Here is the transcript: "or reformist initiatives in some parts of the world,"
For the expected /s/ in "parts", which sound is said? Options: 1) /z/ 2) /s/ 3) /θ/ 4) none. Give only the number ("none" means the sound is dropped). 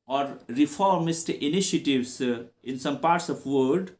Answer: 2